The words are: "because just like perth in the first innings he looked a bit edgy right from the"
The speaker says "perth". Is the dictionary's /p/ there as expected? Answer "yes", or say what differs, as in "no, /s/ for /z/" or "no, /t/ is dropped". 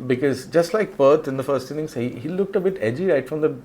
no, /b/ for /p/